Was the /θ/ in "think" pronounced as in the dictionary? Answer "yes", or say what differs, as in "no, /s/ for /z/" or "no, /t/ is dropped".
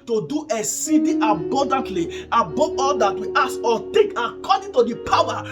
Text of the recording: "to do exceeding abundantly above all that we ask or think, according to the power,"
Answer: no, /t/ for /θ/